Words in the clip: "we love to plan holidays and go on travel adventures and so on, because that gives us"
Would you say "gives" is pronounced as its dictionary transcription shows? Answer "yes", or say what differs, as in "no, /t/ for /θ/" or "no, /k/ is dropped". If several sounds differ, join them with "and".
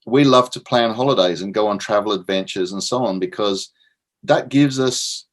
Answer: yes